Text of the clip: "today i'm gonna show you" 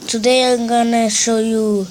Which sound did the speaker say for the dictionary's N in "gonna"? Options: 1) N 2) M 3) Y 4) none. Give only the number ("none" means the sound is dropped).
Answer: 1